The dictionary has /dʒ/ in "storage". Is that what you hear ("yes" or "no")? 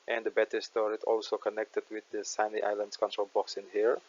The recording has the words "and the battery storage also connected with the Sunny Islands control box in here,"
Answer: no